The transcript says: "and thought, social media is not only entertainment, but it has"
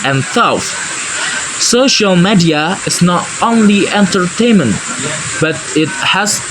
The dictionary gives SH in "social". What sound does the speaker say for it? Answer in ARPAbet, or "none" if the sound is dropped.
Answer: SH